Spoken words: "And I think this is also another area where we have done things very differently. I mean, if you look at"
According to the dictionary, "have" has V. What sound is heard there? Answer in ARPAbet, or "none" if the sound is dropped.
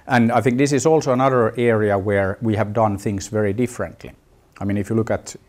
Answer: V